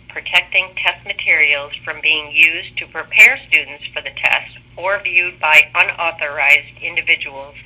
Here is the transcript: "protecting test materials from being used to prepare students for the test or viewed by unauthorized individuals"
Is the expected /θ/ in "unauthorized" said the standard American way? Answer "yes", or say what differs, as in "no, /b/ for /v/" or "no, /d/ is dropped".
yes